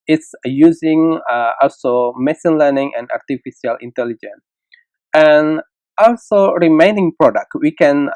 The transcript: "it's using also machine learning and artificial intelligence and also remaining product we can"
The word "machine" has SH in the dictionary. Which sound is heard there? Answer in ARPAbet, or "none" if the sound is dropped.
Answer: S